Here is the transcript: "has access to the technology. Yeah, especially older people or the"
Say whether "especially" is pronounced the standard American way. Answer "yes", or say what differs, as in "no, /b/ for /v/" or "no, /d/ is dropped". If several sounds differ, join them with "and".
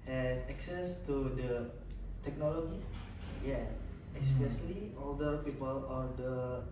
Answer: no, /s/ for /ʃ/